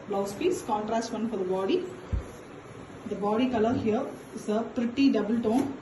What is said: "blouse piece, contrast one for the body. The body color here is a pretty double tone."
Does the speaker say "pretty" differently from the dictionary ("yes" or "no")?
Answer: no